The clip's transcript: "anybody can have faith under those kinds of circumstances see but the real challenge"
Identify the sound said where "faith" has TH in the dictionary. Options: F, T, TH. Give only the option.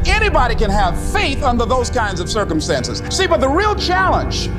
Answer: TH